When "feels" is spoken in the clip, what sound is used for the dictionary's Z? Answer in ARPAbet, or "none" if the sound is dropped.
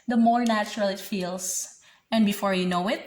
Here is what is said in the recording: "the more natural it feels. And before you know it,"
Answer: S